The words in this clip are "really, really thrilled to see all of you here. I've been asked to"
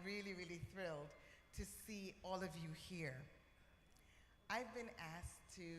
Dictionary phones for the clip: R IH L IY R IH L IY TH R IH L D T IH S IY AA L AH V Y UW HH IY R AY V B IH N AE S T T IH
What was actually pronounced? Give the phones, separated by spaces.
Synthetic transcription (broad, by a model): R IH L IY R IH L IY TH R IH L D T IH S IY AA L AH V Y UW HH IY R AY V B IH N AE S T T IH